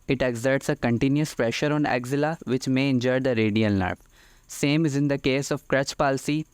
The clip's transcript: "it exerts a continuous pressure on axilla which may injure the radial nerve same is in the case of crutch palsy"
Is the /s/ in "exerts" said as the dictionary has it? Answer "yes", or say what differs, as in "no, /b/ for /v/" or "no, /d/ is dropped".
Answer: yes